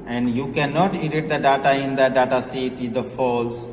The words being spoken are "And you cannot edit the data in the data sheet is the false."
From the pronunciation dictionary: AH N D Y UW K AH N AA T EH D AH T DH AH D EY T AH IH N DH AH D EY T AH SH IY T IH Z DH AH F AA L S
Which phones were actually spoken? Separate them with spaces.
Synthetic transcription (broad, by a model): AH N D Y UW K AH N AA T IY D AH T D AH D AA T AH IH N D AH D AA T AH S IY T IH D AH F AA L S